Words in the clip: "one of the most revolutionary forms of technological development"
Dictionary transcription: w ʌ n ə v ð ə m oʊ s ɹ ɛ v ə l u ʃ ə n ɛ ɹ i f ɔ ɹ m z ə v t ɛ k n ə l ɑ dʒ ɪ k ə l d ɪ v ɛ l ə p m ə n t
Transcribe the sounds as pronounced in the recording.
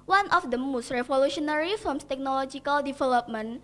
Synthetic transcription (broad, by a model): w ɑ n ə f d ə m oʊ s ɹ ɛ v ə l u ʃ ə n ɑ ɹ i f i l m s t ɛ k n ə l ɑ dʒ ɪ k ə l d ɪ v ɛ l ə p m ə n